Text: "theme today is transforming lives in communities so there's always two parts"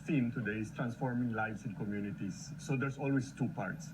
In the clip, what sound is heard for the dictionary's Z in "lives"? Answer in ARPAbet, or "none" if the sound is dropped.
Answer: S